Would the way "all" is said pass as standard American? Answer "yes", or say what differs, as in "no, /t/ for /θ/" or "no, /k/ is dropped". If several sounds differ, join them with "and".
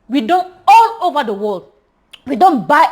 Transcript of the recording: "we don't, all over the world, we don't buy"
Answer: no, /n/ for /l/